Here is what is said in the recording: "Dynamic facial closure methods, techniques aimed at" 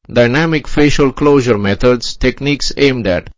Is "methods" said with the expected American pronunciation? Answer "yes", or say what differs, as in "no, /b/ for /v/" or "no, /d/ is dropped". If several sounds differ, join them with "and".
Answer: no, /t/ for /θ/